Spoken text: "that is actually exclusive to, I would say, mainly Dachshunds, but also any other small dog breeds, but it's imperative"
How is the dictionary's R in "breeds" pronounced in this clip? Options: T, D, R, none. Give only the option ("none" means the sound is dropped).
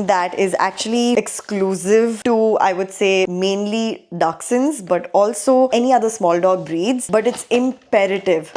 R